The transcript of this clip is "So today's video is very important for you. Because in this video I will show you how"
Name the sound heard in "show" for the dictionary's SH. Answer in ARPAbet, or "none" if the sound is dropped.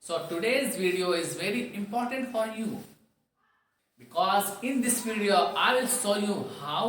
S